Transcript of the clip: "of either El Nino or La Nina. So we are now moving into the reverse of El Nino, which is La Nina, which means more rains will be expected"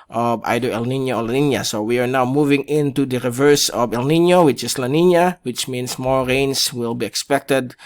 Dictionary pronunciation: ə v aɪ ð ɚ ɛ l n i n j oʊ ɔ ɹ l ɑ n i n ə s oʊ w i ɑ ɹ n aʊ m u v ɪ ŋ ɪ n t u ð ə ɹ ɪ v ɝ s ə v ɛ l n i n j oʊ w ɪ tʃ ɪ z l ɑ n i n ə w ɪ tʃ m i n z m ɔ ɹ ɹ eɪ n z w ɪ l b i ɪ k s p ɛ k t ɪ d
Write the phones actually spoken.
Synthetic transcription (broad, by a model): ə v aɪ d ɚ ɛ l n i n j oʊ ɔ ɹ l ɑ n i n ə s oʊ w i ɑ ɹ n aʊ m u v ɪ ŋ ɪ n t u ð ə ɹ ɪ v ɝ s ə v ɛ l n i n j oʊ w ɪ tʃ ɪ s l ɑ n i n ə w ɪ tʃ m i n s m ɔ ɹ ɹ eɪ n s w ɪ l b i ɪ k s p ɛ k t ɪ d